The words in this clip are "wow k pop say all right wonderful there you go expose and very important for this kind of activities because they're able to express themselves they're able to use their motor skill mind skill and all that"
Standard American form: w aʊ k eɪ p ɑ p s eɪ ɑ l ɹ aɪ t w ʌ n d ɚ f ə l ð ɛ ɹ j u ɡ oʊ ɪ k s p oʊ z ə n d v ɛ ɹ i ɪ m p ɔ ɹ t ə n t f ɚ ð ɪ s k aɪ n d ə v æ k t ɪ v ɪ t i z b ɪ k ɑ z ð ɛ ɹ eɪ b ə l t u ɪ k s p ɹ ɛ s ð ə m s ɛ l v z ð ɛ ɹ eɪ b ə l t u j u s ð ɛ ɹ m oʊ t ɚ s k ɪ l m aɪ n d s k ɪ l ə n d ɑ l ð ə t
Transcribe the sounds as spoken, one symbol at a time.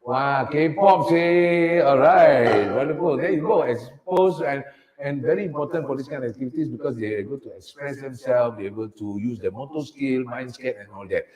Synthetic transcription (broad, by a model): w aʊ k eɪ p ɑ p s eɪ ɑ l ɹ aɪ t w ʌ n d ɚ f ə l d ɛ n j u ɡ oʊ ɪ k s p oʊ s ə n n v ɛ ɹ i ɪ m p ɔ t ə n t f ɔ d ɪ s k aɪ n ə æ k t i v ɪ t i s b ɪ k ɑ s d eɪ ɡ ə t u ɪ k s p ɹ ɛ s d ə m s ɛ l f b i eɪ b ə l t u j u s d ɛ m oʊ t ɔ s k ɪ l m aɪ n s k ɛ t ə n ɑ l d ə t